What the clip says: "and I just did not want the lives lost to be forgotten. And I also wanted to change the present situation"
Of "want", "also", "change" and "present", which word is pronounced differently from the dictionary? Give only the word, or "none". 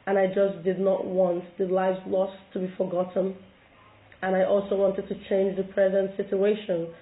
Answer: none